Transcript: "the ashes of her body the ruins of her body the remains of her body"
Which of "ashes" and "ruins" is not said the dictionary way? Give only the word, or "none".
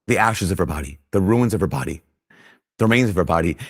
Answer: none